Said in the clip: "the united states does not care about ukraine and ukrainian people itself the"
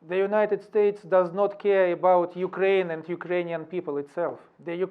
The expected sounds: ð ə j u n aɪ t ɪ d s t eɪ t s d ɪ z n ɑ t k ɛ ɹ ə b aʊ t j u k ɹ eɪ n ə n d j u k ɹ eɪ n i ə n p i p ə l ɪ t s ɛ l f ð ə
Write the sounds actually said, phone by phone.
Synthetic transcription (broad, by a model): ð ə j u n aɪ t ɪ d s t eɪ t s d ɪ z n ɑ t k ɛ ɹ ə b aʊ t j u k ɹ eɪ n ə n d j u k ɹ eɪ n i ə n p i p ə l ɪ t s ɛ l f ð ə